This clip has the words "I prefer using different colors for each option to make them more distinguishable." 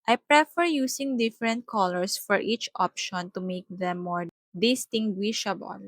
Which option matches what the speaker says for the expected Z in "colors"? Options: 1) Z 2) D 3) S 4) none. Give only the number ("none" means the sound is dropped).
3